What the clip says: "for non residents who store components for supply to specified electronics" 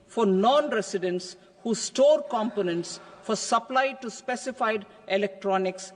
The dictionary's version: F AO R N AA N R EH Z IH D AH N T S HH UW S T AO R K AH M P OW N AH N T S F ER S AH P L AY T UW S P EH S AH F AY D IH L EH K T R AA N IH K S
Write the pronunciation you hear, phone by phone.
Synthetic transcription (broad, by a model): F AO R N AA N R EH S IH D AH N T S HH UW S T AO R K AH M P OW N AH N T S F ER S AH P L AY T UW S P EH S AH F AY D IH L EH K T R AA N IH K S